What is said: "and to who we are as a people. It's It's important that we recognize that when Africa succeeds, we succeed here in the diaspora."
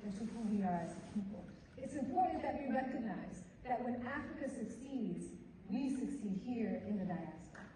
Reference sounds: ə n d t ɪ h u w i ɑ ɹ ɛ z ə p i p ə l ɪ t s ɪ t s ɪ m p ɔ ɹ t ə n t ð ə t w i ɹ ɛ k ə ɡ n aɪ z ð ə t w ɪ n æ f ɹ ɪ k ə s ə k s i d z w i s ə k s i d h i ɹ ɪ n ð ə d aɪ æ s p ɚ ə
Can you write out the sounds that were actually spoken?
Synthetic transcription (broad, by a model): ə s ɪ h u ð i ɑ ɹ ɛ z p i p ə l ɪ ɪ t s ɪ m p ɔ ɹ t n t ð ə t w i ɹ ɛ k ə ɡ n aɪ z ð ə t w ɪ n æ f ɹ ɪ k ə s ə k s i d z w i s ə k s i d h i ɹ ɪ n ð ə d aɪ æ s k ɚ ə